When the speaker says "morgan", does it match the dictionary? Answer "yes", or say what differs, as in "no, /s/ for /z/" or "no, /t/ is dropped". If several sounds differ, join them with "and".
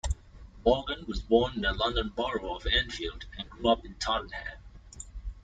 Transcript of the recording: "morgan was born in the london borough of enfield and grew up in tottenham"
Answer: no, /l/ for /ɹ/